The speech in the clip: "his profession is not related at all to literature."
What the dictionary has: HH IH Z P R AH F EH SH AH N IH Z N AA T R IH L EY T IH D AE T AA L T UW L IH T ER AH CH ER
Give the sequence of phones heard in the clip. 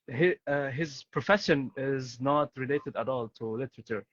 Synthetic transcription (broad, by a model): HH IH Z P R AH F EH SH AH N IH Z N AA T R IH L EY T IH D AE T AA L T UW L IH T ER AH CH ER